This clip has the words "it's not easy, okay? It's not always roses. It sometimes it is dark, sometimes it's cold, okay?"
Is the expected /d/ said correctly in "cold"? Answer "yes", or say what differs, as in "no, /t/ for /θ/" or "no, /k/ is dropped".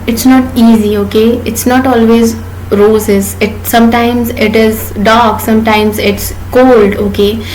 yes